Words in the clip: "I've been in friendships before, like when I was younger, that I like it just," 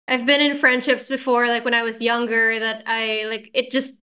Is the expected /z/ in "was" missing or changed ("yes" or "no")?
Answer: no